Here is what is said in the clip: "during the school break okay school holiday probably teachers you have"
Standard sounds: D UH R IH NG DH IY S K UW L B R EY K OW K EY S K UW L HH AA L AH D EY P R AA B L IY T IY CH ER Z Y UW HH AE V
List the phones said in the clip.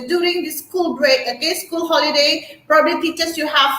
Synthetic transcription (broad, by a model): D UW R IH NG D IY S K UW L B R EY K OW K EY S K UW L HH AA L AH D EY P R AA B L IY T IY CH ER S Y UW HH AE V